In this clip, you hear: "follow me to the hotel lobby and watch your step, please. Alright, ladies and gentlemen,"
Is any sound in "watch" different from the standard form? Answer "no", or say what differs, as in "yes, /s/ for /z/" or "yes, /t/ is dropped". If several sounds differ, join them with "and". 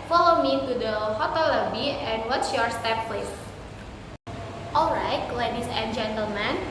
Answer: yes, /s/ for /tʃ/